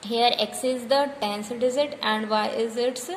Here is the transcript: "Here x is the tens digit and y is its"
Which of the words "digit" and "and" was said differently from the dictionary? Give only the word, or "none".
digit